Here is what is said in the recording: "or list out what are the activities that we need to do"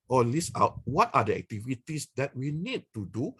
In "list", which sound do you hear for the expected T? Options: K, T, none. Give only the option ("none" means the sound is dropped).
none